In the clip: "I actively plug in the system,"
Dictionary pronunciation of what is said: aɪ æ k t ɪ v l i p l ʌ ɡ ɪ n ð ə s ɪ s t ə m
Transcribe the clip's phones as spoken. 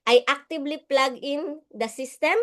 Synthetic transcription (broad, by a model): aɪ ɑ k t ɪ b l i p l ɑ ɡ ɪ n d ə s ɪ s t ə m